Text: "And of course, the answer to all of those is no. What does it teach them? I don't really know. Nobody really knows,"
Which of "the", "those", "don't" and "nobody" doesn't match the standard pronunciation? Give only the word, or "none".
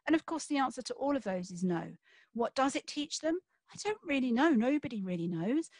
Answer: none